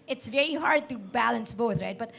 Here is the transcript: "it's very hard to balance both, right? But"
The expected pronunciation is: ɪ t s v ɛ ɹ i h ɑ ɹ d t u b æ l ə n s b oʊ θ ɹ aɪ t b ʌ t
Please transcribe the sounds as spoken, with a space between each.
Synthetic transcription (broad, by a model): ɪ t s v ɛ ɹ i h ɑ ɹ d t u b æ l ə n s b oʊ t ɹ aɪ t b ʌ t